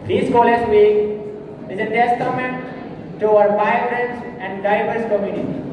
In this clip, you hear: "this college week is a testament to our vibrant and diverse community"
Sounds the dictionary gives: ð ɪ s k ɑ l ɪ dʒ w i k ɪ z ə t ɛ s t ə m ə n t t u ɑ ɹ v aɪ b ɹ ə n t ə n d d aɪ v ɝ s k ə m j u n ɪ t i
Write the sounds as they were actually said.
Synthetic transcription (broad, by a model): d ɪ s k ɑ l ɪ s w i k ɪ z ə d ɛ s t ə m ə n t t u ɑ ɹ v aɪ ɹ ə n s ə n d d aɪ v ɝ s k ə m j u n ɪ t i